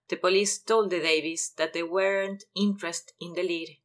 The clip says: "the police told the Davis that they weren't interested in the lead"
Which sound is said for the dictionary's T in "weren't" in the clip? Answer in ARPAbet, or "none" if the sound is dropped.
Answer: T